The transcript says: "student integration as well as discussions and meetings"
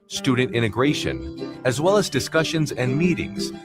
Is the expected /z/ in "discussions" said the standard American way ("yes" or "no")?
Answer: yes